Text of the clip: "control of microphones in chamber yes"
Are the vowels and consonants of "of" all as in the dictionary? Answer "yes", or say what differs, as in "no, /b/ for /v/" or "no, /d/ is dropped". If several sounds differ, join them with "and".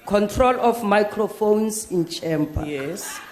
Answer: no, /f/ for /v/